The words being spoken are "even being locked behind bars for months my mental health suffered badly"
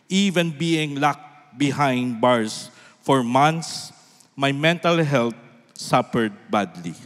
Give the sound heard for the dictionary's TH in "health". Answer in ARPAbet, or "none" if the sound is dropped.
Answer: T